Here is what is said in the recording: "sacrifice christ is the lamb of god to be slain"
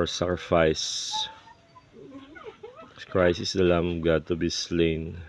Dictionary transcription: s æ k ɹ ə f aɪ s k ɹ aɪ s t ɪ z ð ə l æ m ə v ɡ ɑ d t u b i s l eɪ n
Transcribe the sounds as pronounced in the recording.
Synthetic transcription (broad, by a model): s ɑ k ɹ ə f aɪ s k ɹ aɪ s ɪ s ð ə l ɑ m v ɡ ɑ d t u b i s l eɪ n